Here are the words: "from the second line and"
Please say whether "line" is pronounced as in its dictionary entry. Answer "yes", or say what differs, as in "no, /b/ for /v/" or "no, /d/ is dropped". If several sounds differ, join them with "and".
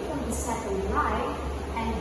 no, /n/ is dropped